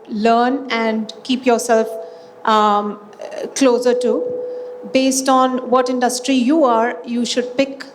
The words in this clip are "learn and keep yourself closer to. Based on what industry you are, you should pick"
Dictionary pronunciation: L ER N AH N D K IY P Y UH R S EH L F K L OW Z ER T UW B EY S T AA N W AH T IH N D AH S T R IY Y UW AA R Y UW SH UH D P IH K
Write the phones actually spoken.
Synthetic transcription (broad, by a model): L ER N AH N D K IY P Y UH R S EH L F K L OW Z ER T UW B EY S T AA N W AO T IH N D AH S T R IY Y UW AA R Y UW SH UH D P IH K